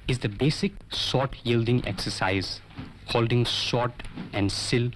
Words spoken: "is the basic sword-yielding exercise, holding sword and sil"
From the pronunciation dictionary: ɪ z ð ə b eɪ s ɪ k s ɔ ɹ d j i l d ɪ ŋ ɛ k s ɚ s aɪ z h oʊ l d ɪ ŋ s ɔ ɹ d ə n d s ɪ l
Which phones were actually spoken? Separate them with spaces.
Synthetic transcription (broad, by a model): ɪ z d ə b eɪ s ɪ k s ɔ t j i l d ɪ ŋ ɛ k s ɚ s aɪ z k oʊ l d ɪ ŋ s ɔ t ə n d s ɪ l